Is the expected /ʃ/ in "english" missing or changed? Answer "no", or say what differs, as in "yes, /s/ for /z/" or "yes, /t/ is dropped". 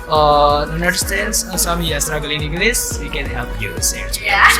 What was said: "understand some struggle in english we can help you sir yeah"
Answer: yes, /s/ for /ʃ/